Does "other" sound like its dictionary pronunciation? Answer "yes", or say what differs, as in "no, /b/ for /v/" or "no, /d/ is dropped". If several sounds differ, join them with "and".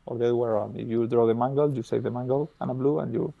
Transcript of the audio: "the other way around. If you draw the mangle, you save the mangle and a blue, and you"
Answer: no, /ð/ is dropped